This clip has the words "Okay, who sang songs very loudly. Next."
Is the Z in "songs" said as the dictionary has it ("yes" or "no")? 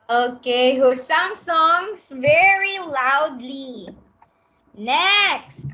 no